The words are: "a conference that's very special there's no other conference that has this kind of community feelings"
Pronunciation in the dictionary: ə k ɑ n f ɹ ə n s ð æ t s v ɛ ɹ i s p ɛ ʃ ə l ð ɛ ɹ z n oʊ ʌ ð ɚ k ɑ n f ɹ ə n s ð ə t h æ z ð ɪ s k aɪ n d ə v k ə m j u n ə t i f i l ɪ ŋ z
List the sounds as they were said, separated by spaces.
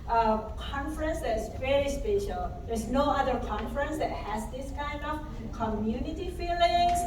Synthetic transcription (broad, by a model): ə k ɑ n f ɹ ə n s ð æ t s v ɛ ɹ i s p ɛ ʃ ə l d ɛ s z n oʊ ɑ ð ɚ k ɑ n f ɹ ə n s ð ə t h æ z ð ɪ s k aɪ n d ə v k ə m j u n ə t i f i l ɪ ŋ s